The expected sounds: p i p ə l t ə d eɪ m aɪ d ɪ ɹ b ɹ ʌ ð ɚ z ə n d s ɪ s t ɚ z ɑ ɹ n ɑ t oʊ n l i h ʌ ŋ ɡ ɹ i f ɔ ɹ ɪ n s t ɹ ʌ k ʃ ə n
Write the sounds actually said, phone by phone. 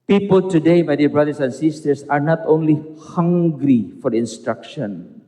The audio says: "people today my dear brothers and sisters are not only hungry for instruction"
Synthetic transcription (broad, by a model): p i p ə l t ə d eɪ m aɪ d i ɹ b ɹ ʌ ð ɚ s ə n s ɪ s t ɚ s ɑ ɹ n ɑ t oʊ n l i h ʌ ŋ ɡ ɹ i f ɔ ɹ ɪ n s t ɹ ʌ k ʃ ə n